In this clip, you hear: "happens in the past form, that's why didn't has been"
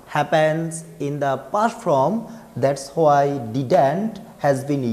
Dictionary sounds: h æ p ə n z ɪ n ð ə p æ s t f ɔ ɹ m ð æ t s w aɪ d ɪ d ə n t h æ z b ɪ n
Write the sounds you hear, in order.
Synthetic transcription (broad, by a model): h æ p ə n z ɪ n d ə p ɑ t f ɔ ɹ m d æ t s w aɪ d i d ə n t h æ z b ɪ n